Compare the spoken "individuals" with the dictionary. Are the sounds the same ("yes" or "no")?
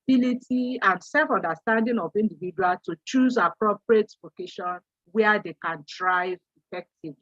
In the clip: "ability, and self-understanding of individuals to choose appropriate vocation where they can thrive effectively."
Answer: no